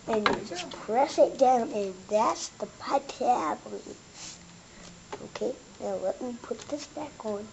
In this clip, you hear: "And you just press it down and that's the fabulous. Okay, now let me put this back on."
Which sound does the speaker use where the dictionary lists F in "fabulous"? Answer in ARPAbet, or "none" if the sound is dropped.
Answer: P